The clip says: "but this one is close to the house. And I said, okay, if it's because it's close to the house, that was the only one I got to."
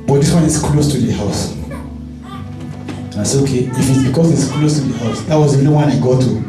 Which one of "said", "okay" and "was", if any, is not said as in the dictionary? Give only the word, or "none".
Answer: said